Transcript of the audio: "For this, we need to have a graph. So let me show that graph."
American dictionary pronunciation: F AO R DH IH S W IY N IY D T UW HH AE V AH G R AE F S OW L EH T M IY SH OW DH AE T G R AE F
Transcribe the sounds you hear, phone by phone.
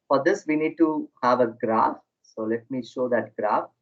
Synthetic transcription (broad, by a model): F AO R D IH S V IY N IY D T UW HH AE V AH G R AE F S OW L EH T M IY SH OW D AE T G R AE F